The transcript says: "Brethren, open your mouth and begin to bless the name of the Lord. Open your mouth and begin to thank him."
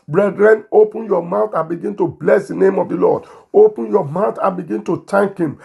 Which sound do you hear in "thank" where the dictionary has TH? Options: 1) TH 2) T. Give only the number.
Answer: 2